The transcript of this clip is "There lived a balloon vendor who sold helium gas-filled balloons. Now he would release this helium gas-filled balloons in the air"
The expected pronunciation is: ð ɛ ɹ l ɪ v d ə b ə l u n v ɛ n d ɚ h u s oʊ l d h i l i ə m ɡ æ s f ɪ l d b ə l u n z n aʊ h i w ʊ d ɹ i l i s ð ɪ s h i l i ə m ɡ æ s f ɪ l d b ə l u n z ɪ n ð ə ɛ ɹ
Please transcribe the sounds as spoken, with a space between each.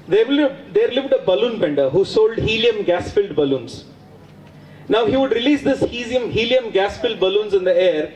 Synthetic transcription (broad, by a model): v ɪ ɹ l ɪ v d ə b ə l u n b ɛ n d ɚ h u s oʊ l d h i l i ə m ɡ æ s f ɪ l d b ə l u n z n aʊ h i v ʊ d ɹ i l i s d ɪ s h i l i ə m ɡ æ s f ɪ l d b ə l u n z ɪ n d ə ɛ ɹ